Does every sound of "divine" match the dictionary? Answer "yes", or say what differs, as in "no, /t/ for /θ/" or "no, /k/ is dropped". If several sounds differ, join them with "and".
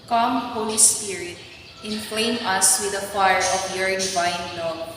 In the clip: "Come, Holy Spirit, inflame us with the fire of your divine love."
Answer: no, /b/ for /v/